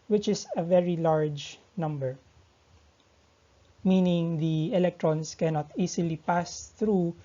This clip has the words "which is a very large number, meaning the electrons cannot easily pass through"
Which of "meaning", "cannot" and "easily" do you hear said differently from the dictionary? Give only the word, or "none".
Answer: easily